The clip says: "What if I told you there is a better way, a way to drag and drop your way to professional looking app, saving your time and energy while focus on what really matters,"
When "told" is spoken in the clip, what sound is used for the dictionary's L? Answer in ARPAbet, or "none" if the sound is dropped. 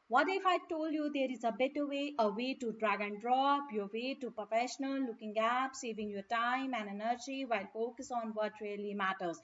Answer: L